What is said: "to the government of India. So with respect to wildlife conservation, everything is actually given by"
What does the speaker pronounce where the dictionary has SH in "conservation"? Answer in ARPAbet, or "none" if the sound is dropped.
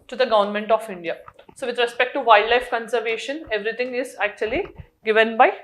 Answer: SH